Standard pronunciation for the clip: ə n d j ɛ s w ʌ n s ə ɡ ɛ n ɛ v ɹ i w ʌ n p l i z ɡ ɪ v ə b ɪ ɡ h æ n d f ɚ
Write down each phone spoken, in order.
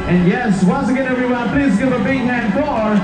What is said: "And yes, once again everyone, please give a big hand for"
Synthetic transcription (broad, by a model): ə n j ɛ s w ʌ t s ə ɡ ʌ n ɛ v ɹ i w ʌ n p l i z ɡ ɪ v ə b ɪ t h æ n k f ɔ